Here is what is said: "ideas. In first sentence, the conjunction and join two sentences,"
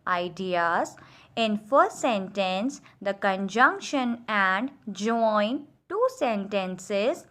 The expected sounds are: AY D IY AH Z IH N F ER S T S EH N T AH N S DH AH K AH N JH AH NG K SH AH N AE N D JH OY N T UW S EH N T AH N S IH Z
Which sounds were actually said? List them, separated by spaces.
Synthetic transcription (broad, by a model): AY D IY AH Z IH N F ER T S EH N T AH N S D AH K AH N JH AH NG K SH AH N AE N D JH OY N T UW S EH N T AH N S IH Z